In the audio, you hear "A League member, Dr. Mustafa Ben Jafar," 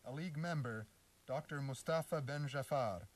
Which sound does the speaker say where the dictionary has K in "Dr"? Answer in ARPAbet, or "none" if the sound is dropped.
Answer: K